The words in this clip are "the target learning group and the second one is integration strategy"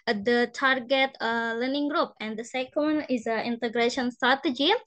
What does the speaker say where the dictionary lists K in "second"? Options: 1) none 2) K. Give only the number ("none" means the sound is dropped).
1